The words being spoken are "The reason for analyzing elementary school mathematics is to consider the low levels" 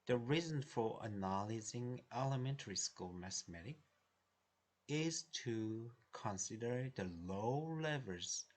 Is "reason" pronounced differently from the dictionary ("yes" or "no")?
no